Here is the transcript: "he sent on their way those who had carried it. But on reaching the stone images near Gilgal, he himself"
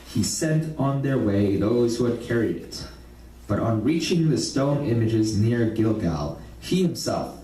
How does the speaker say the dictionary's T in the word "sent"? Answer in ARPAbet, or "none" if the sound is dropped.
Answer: T